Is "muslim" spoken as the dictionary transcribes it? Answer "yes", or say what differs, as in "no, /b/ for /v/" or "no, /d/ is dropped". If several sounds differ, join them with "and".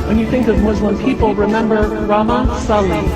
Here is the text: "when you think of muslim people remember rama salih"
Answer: no, /w/ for /l/